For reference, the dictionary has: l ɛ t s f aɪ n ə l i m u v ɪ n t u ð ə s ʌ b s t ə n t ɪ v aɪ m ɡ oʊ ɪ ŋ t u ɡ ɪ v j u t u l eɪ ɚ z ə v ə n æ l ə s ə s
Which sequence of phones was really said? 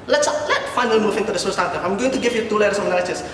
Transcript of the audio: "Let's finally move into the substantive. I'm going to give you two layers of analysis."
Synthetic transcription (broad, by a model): l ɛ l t f aɪ n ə l m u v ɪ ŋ t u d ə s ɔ s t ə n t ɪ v aɪ m ɡ oʊ ɪ ŋ t u ɡ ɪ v j u t u l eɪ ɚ ə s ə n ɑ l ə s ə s